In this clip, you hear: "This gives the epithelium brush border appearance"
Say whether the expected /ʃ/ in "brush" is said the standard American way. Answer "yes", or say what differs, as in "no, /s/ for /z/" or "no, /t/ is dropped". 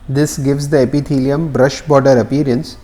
yes